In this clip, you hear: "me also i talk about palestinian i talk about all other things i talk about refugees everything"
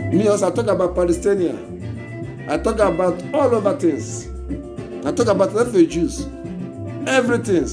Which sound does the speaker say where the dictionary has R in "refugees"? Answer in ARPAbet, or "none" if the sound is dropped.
L